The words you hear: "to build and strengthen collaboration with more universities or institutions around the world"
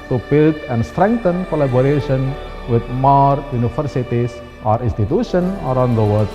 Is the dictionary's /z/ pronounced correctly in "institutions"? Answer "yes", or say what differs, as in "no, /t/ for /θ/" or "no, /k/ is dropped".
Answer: no, /z/ is dropped